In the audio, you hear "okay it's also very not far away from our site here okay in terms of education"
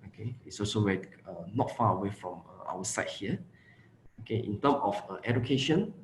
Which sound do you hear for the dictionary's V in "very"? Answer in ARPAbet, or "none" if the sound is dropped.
W